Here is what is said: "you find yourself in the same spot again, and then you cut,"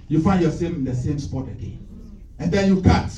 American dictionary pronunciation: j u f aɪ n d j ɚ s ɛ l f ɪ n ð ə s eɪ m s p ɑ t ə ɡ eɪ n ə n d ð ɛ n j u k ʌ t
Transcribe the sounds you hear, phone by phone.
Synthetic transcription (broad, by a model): j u f aɪ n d j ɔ s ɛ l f ɪ n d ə s eɪ m s p ɑ t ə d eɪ ə n d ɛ n j u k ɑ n